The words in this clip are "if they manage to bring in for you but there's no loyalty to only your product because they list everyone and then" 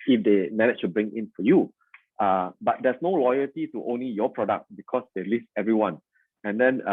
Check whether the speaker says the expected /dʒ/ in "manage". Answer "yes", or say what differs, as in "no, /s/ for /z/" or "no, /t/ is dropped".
no, /tʃ/ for /dʒ/